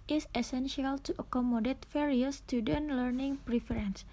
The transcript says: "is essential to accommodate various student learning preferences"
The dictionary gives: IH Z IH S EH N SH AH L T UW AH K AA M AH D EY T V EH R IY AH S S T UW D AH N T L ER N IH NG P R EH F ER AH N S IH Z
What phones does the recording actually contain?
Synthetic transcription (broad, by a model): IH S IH S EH N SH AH L T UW AH K AA M AH D EY T F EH R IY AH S S T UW D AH N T L ER N IH NG P R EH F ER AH N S